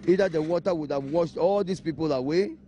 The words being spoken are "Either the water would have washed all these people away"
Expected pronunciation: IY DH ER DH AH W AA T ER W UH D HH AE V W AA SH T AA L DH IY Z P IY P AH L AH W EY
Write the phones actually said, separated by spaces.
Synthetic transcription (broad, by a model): IY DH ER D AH W AA T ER W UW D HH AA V W AA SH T AA L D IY S P IY P AH L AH W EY